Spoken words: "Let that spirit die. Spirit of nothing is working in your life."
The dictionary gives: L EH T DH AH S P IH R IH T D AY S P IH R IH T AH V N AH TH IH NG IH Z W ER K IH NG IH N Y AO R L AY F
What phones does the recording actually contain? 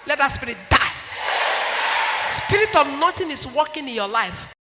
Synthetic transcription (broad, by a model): L EH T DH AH S P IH R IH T D AY S P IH R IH T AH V N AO T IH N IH S W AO K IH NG IH N Y AO L AY F